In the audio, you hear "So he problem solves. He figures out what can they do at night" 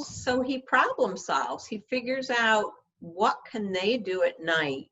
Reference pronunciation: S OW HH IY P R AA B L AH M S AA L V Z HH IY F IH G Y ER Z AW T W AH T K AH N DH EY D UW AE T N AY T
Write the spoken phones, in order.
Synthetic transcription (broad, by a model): S OW IY P R AA B L AH M S AA L V Z HH IY F IH G Y ER Z AW T W AH T K AH N DH EY D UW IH T N AY T